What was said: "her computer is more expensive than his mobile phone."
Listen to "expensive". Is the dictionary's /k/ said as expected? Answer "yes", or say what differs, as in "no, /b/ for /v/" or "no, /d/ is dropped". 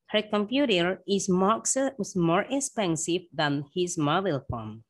yes